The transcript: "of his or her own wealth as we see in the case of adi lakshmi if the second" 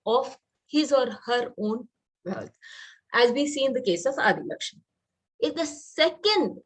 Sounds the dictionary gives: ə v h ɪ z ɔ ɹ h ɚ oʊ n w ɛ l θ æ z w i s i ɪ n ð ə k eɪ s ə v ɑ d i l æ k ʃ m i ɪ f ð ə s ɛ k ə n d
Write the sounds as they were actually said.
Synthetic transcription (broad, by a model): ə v h ɪ z ɔ ɹ h ɚ oʊ n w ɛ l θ æ z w i s i ɪ n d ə k eɪ s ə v ɑ d i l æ k ʃ i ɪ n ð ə s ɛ k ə n d